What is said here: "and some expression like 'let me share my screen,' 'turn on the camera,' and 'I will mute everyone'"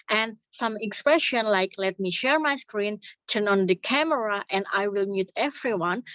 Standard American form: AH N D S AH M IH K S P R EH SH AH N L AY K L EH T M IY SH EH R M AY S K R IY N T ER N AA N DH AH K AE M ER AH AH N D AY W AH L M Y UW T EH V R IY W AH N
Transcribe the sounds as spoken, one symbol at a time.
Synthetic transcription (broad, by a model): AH N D S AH M IH K S P R EH SH AH N L AY K L EH T M IY SH EH R M AY S K R IY N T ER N AA N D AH K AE M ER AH AH N D AY W AH L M Y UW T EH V R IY W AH N